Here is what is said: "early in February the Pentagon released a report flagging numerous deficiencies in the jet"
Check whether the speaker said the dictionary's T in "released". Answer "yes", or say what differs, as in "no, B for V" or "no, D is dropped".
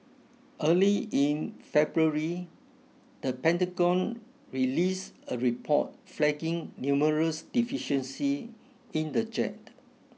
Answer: no, T is dropped